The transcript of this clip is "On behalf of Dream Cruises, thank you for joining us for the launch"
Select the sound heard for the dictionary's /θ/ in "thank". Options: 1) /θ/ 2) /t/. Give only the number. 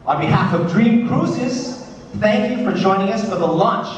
1